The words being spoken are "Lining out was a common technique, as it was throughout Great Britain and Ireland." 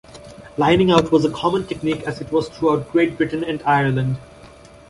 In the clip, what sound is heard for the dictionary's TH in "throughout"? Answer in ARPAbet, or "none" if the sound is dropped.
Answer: T